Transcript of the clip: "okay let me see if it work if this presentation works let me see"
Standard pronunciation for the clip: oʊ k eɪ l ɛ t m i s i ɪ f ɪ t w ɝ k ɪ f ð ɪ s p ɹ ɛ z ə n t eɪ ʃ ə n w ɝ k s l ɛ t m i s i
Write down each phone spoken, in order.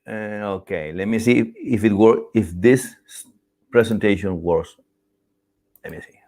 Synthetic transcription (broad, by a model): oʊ k eɪ l ɛ t m i s i ɪ f ɪ t w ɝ ɪ f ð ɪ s p ɹ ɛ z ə n t eɪ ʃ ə n w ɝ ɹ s l ɛ t m i s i